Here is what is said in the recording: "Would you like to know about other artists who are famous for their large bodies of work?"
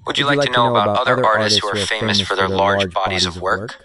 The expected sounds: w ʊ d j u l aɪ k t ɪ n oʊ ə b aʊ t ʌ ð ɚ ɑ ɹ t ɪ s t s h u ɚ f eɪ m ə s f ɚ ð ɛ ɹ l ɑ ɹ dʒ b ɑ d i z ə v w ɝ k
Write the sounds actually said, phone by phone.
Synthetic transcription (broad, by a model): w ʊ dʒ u l aɪ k t ɪ n oʊ ə b aʊ t ʌ ð ɚ ɑ ɹ t ɪ s t s h u ɚ f eɪ m ə s f ɚ ð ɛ ɹ l ɑ ɹ dʒ b ɑ d i z ə v w ɝ k